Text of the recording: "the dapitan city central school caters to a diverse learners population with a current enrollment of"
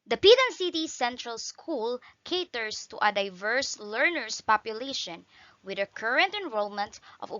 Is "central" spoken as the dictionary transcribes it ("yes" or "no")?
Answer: yes